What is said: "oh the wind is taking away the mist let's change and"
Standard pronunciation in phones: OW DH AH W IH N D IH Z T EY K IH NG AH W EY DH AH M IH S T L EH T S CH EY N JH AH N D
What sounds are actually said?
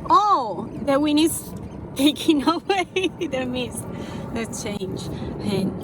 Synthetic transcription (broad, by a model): OW DH AH W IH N IH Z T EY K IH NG AH W EY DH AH M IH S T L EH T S CH EY N JH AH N